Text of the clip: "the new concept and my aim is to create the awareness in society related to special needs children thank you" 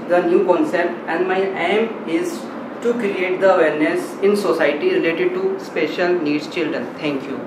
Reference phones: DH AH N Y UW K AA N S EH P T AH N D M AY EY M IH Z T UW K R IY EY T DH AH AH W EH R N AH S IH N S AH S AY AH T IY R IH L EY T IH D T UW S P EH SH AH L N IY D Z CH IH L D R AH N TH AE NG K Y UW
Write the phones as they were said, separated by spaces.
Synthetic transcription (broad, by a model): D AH N Y UW K AA N S EH P T AH N D M AY EY M IH Z T UW K R IY EY T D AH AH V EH R N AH S IH N S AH S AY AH T IY R IH L EY T IH D T UW S P EH SH AH L N IY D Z CH IH L D R AH N T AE NG K Y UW